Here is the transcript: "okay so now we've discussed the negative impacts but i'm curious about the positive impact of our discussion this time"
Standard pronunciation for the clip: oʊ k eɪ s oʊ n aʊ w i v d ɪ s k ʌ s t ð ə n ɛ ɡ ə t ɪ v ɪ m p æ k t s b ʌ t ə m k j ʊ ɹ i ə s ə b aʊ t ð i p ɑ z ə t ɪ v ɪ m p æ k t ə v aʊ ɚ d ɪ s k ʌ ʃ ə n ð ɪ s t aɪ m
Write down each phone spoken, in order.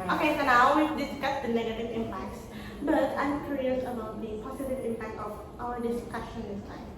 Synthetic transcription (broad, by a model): oʊ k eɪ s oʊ n aʊ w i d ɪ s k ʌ t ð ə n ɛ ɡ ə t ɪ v ɪ m p æ k t s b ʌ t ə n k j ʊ ɹ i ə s ə b aʊ t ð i p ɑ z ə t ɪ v ɪ m p æ k t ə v aʊ ɚ d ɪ s k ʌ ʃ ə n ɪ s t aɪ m